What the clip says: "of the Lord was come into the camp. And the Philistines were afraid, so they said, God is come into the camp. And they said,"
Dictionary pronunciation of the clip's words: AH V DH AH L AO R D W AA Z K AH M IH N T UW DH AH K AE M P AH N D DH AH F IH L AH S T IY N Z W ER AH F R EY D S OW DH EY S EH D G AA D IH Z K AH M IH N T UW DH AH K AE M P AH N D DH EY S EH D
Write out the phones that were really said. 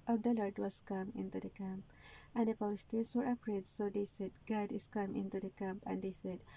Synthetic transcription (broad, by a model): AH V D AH L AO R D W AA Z K AH M IH N T UW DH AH K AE M P AH N D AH P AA L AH S T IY N S W ER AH P R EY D S OW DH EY S EH D G AA D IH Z K AH M IH N T UW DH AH K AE M P AH N D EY S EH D